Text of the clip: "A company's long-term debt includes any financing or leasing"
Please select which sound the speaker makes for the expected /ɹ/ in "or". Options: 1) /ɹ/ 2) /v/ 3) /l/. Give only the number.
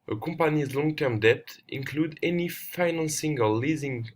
3